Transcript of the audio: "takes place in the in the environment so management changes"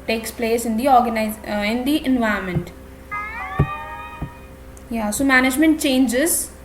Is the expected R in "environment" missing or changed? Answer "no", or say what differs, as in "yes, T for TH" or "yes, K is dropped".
yes, R is dropped